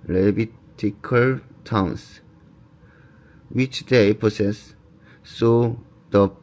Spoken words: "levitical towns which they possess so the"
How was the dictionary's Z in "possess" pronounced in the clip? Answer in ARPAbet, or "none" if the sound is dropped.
S